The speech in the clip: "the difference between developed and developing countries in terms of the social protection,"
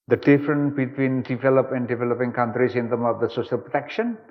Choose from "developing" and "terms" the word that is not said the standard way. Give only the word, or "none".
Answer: terms